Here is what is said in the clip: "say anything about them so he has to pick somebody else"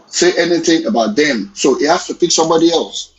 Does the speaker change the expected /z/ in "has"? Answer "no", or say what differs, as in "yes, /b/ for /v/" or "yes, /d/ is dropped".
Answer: yes, /s/ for /z/